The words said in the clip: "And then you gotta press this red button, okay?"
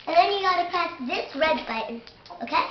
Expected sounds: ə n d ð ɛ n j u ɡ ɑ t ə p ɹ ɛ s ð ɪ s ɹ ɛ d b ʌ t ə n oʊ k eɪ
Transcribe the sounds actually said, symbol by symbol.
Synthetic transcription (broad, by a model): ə n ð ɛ n j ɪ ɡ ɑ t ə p æ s ð ɪ s ɹ ɛ d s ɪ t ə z oʊ k eɪ